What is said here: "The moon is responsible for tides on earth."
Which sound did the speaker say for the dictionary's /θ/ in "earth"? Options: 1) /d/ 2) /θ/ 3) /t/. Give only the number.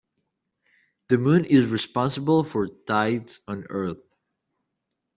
2